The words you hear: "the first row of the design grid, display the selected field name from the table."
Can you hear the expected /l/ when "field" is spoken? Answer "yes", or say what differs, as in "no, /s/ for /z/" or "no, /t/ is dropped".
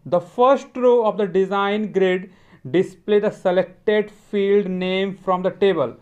yes